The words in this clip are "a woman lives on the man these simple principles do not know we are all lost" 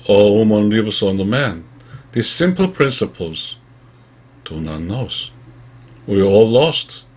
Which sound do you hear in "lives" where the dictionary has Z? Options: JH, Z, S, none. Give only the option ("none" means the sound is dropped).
S